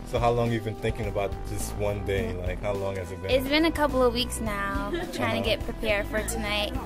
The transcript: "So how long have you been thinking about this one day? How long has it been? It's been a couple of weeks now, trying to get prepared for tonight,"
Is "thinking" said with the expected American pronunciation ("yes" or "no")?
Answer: yes